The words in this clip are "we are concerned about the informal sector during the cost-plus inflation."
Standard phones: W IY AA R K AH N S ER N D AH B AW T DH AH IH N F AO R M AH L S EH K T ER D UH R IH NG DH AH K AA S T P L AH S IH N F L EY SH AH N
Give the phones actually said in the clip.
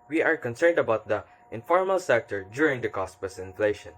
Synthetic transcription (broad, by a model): W IY AA R K AH N S ER N D AH B AW T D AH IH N F AO R M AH L S EH K T ER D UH R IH NG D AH K AA S T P AH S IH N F L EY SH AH N